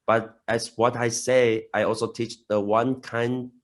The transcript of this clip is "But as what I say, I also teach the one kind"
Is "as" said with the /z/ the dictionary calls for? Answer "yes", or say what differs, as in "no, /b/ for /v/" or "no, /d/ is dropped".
no, /s/ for /z/